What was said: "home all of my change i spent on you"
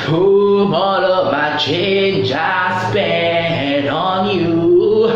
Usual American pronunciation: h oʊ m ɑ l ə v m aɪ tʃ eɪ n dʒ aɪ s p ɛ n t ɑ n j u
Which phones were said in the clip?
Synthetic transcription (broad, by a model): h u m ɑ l ə v m aɪ tʃ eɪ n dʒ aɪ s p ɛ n ɑ n j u